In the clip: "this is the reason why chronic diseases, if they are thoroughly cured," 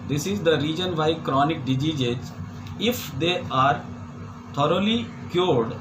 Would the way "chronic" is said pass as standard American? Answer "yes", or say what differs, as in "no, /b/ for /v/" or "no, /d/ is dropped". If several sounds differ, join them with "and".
yes